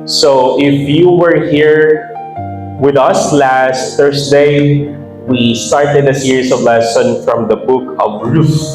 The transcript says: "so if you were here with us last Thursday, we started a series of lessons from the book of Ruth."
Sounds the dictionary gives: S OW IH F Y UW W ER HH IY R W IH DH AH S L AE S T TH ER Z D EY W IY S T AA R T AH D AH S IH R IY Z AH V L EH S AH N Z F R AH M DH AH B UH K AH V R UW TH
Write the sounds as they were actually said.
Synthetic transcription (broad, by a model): S OW IH F Y UW W ER HH IY R W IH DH AH S L AE S T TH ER S D EY W IY S T AA R T AH D AH S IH R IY S AH V L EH S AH N F R AH M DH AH B UH K AH V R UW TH